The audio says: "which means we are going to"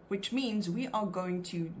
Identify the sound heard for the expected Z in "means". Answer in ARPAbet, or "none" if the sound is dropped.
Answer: Z